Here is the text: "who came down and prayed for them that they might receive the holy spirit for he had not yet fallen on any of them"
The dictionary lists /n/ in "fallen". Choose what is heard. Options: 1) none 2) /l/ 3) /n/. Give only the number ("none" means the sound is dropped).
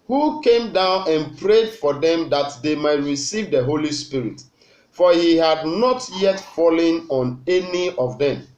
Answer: 3